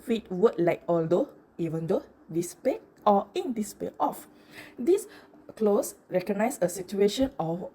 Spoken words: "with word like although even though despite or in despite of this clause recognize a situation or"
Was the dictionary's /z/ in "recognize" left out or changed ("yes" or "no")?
yes